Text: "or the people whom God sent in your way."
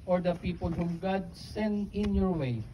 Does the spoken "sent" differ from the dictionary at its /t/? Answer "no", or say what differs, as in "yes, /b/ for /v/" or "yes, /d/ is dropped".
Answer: yes, /t/ is dropped